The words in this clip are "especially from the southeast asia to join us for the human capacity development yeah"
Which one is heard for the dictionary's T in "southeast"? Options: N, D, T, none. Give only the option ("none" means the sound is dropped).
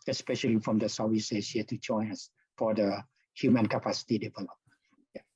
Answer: none